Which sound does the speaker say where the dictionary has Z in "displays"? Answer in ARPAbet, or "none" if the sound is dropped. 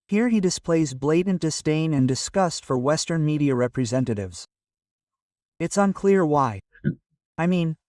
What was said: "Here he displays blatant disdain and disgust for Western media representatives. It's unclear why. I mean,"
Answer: Z